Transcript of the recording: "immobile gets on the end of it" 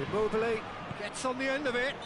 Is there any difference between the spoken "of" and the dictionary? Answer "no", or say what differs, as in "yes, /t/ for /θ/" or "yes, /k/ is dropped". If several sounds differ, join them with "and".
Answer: no